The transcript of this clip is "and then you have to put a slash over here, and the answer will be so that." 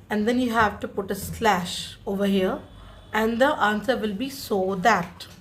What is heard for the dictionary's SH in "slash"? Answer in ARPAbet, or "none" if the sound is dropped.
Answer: SH